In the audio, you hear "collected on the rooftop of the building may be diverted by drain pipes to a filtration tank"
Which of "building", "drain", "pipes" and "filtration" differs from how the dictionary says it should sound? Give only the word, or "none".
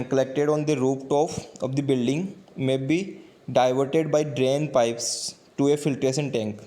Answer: filtration